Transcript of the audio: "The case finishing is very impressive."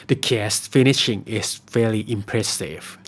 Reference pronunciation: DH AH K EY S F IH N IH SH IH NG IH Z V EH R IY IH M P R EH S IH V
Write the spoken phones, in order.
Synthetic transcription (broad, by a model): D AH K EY S F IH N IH SH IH NG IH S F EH L IY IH M P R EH S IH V